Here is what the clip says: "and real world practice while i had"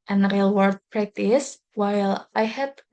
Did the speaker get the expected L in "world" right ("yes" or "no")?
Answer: no